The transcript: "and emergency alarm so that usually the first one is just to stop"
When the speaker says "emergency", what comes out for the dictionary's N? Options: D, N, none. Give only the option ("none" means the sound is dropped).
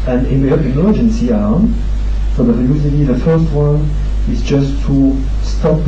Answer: N